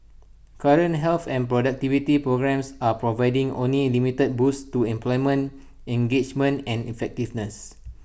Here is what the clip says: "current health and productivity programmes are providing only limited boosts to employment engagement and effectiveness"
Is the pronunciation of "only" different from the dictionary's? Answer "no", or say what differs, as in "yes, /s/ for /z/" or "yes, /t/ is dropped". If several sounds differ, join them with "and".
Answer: no